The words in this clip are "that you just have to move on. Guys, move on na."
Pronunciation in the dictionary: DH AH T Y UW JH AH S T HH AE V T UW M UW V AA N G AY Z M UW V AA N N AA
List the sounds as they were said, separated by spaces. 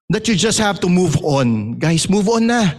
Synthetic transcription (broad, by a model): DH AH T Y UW JH AH S T HH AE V T UW M UW V AA N G AY S M UW V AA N N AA